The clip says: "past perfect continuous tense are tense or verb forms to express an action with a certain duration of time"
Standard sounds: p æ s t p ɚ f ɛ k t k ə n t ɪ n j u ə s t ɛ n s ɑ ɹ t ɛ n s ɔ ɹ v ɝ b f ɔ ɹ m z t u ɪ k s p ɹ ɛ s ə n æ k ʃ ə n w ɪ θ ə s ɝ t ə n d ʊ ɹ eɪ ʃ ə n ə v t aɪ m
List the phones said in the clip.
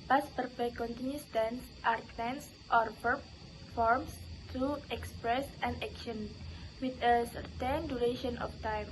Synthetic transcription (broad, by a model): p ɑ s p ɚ p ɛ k k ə n t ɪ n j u s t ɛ n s ɑ ɹ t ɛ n s ɔ ɹ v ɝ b f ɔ ɹ m s t u ɪ k s p ɹ ɛ s ə n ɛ k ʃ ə n w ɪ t ə s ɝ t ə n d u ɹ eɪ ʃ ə n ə f t aɪ m